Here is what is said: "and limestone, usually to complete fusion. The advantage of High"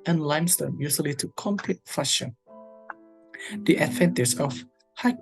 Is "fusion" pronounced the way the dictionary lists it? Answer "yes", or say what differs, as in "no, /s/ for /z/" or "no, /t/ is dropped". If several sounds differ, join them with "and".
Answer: no, /ʃ/ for /ʒ/